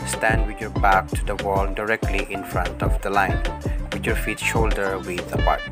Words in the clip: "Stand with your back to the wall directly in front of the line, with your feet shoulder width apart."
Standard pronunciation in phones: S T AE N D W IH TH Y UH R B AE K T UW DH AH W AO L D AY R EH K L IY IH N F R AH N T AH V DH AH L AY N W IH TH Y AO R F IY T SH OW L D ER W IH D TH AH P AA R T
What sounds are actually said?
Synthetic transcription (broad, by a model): S T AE N D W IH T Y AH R B AE K T UW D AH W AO L D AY R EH K L IY IH N F R AH N T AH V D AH L AY N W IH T Y AO R F IY T SH OW L D ER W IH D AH P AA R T